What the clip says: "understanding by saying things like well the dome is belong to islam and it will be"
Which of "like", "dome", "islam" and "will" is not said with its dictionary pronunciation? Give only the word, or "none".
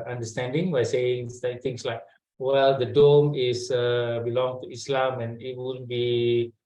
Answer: will